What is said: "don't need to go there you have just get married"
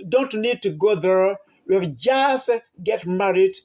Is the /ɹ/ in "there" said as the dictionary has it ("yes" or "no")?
yes